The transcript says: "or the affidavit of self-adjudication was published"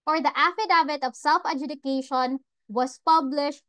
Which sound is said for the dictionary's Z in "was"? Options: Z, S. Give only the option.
S